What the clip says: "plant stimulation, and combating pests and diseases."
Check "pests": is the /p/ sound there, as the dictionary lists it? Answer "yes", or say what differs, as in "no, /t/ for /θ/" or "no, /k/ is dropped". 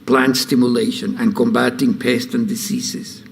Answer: yes